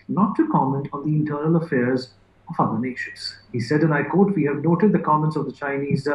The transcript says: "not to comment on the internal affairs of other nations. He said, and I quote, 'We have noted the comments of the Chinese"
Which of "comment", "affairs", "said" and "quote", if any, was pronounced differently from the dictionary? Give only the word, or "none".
none